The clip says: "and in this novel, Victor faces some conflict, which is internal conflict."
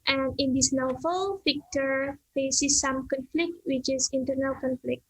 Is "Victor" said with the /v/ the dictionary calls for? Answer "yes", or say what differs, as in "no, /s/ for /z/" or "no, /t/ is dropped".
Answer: no, /f/ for /v/